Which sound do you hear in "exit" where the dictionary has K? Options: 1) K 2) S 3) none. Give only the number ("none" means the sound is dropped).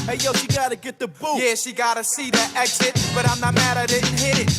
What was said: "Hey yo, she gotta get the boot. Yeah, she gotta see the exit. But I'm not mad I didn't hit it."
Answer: 1